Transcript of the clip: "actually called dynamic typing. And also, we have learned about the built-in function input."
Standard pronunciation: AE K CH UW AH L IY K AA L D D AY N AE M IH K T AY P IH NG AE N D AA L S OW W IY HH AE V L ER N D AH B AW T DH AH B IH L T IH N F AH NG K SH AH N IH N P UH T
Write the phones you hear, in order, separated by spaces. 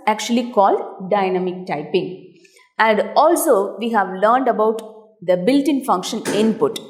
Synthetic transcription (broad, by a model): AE K CH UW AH L IY K AA L D D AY N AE M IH K T AY P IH NG AE N D AA L S OW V IY HH AE V L ER N D AH B AW T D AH B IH L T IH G F AH NG K SH AH N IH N P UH T